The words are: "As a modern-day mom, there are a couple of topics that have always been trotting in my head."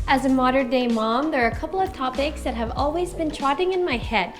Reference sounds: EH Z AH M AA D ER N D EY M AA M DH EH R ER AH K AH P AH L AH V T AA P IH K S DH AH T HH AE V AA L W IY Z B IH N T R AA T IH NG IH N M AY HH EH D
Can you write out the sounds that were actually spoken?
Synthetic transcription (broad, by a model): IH Z AH M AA D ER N D EY M AA M DH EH R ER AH K AH P L AH V T AA P IH K S DH AH T HH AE V AA L W IY Z B IH N T R AA T IH NG IH N M AY HH EH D